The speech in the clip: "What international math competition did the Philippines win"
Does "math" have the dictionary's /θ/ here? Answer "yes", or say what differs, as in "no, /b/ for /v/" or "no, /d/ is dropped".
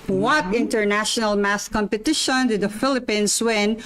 no, /s/ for /θ/